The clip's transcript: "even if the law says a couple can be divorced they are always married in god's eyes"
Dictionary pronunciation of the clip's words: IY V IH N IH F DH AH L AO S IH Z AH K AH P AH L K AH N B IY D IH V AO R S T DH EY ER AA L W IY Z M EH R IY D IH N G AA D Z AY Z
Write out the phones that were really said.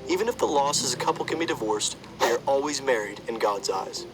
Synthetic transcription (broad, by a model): IY V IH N IH F DH AH L AO S IH Z AH K AH P L K AH N B IY D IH V AO R S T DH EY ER AA L W IY Z M EH R IY D IH N G AA D Z AY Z